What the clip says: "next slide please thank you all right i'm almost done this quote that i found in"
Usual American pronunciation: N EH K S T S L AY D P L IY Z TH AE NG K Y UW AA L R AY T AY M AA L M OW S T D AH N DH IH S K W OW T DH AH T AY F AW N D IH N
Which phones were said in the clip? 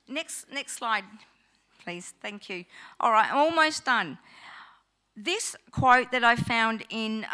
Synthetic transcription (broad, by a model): N EH K S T S L AY D P L IY Z TH AE NG K Y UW AA L R AY T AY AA L M OW S D AH N DH IH S K W OW T DH AH T AY F AW N D IH N